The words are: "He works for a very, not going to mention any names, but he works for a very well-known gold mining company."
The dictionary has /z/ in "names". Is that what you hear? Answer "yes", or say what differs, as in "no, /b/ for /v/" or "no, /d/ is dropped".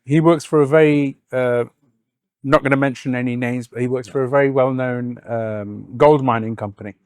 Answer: yes